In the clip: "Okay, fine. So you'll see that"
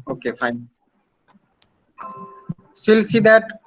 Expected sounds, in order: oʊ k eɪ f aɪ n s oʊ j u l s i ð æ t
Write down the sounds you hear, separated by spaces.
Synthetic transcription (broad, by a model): oʊ k eɪ f aɪ n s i l s i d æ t